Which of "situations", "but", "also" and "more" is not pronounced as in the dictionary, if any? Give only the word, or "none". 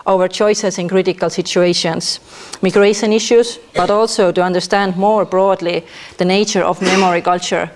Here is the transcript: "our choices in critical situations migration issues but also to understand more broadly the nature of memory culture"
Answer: situations